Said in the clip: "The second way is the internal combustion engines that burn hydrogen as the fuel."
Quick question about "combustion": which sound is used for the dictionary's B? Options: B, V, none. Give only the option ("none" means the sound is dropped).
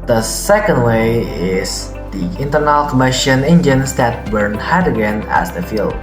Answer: none